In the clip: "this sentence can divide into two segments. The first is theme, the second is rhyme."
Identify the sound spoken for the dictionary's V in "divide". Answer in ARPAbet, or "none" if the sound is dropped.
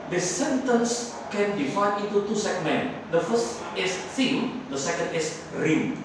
F